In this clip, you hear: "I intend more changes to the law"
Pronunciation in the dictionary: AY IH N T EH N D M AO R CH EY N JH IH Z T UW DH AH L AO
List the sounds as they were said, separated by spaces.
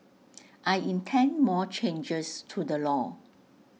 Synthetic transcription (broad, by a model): AY IH N T EH N D M AO CH EY N JH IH S T UW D AH L AO